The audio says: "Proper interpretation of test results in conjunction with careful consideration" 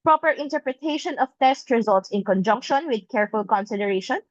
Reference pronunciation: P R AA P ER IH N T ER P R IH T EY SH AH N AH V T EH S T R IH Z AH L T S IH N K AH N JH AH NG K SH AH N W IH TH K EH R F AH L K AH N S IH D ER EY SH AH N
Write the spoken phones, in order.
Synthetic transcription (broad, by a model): P R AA P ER IH N T ER P R IH T EY SH AH N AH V T EH S T R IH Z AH L T S IH N K AH N JH AH NG K SH AH N W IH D K EH R F AH L K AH N S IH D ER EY SH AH N